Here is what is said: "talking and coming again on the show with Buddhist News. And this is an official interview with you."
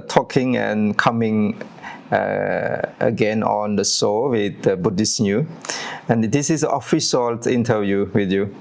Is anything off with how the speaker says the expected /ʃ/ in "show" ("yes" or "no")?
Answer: yes